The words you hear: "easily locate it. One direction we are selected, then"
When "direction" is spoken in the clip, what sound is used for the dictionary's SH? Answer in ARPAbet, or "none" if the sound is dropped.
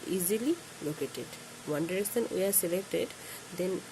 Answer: S